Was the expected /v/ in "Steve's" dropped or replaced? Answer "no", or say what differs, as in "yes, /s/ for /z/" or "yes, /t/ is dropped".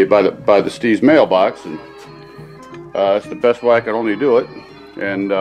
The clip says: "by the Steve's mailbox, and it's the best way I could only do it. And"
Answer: yes, /v/ is dropped